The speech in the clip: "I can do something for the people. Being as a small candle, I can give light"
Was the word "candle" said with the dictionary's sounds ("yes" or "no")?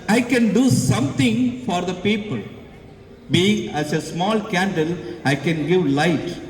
yes